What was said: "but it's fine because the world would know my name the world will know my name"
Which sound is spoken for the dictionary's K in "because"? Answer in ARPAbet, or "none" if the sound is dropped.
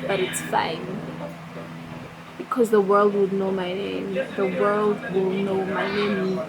K